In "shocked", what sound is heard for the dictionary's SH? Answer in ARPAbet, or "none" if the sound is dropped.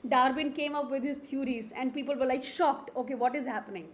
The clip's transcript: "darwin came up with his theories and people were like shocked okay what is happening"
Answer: SH